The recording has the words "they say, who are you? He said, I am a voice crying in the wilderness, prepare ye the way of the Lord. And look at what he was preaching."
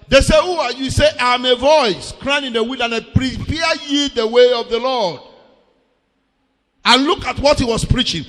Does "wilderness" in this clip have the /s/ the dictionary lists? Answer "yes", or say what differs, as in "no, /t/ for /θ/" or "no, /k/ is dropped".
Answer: no, /s/ is dropped